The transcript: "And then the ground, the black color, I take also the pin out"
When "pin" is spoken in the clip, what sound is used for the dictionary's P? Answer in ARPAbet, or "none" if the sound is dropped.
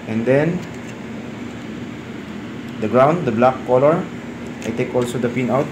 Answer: F